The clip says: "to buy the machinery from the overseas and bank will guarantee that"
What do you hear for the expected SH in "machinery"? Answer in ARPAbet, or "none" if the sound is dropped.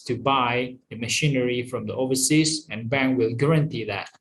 SH